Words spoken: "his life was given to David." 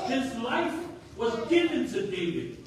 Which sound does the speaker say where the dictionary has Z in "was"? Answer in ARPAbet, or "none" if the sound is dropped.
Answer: Z